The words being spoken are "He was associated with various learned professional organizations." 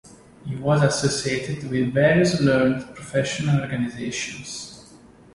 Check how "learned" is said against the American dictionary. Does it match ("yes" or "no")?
no